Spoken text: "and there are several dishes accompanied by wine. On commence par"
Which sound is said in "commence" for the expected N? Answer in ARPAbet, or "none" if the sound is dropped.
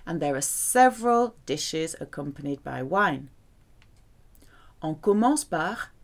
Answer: none